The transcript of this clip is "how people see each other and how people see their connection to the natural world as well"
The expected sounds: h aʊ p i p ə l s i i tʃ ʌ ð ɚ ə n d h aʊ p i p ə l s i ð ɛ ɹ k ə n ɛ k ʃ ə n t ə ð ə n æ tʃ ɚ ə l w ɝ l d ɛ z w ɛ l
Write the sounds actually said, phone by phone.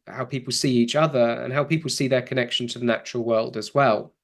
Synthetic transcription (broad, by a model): h aʊ p i p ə l s i i tʃ ʌ ð ɚ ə n h aʊ p i p l s i ð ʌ k ə n ɛ k ʃ ə n t ə ð ə n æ tʃ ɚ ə l w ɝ l d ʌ z w ɛ l